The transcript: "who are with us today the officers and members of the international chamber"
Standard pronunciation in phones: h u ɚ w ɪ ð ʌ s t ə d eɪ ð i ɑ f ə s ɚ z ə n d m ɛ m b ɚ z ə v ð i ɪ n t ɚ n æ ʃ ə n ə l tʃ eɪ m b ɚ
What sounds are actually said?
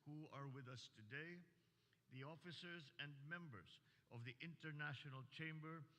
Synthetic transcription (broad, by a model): h u ɚ w ɪ ð ʌ s t ə d eɪ ð i ɑ f ə s ɚ z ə n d m ɛ m b ɚ z ə v ð i ɪ n t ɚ n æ ʃ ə n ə l tʃ eɪ m b ɚ